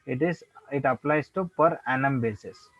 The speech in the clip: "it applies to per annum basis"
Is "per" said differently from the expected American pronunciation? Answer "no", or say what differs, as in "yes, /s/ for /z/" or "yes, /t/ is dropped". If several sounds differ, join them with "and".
no